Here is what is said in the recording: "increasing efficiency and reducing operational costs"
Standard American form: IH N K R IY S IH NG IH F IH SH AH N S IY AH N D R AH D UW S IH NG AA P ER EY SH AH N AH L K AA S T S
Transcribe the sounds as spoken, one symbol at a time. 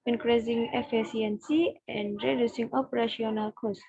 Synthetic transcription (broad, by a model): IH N K R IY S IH NG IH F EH S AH N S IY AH N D R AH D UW S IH NG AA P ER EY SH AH N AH L K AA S S